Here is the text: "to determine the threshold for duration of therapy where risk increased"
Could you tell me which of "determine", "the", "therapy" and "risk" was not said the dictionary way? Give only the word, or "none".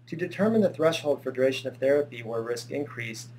none